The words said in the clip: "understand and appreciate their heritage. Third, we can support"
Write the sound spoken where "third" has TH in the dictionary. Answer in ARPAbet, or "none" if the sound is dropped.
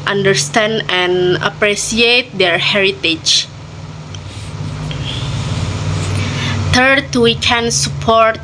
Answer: T